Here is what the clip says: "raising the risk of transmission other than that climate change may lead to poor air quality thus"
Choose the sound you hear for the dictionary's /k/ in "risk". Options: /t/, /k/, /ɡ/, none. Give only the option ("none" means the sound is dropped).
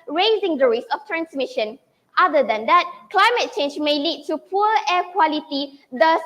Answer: none